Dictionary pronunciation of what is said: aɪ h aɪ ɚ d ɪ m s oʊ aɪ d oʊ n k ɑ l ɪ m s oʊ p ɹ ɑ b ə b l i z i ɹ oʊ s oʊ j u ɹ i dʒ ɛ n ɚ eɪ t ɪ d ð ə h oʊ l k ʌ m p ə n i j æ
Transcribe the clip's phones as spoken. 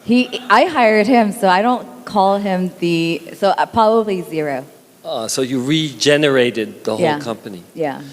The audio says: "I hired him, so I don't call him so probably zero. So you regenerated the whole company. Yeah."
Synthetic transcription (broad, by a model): aɪ h aɪ ɚ d ɪ m s oʊ aɪ d oʊ n k ɑ l ɪ m s oʊ p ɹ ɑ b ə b l i z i ɹ oʊ s oʊ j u ɹ i dʒ ɛ n ɚ eɪ t ɪ d ð ə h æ l k ʌ m p ə n i j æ